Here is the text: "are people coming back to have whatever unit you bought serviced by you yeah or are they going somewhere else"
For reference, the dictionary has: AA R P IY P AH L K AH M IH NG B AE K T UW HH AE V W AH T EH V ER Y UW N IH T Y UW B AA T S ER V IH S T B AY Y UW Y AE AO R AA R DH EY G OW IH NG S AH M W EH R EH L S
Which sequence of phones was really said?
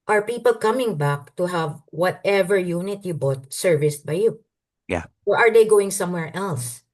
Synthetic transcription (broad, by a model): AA R P IY P AH L K AH M IH NG B AE K T UW HH AE V W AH T EH V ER Y UW N IH T Y UW B AA T S ER V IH S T B AY Y UW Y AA AO R AA R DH EY G OW IH NG S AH M W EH R EH L S